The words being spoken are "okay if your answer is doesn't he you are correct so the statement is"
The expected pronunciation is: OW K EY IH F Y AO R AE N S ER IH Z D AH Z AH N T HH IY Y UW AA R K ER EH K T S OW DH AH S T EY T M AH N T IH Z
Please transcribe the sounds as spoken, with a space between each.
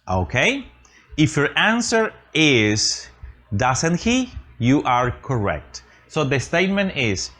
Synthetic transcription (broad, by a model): OW K EY IH F Y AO R AE N S ER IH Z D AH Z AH N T HH IY Y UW AA R K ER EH K T S OW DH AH S T EY T M AH N T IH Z